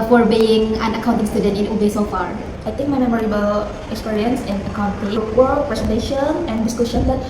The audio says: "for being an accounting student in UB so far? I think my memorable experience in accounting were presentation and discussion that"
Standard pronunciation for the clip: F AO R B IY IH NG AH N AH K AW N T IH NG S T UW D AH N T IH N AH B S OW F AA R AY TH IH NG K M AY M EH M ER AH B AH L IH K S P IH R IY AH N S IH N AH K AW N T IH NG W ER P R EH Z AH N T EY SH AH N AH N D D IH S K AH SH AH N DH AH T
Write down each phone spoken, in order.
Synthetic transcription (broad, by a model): F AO R B IY IH NG AH N AH K AW N T IH NG S T UW D AH N T IH N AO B S OW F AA R AY T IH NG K M AY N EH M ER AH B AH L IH K S P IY R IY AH N S IH N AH K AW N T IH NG W ER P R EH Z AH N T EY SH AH N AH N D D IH S K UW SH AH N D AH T